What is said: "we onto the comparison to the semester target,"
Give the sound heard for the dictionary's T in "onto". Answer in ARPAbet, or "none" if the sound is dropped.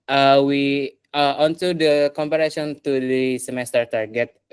S